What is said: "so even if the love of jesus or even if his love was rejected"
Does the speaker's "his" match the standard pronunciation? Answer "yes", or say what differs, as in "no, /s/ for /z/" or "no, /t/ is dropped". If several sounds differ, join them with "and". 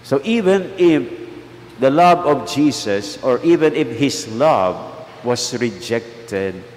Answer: no, /s/ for /z/